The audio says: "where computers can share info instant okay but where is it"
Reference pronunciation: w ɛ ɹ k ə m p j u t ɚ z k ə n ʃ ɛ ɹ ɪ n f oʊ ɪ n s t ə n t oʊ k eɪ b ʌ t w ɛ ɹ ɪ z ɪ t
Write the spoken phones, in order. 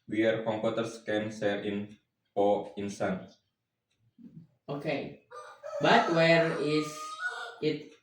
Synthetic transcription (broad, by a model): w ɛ ɹ k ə m p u t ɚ s k ə n s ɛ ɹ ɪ n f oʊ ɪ n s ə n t oʊ k eɪ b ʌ t w ɛ ɹ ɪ s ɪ t